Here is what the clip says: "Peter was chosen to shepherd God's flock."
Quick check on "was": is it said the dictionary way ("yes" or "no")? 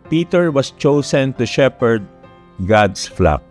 no